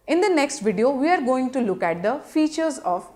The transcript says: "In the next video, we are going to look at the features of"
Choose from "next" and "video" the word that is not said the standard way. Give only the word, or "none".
none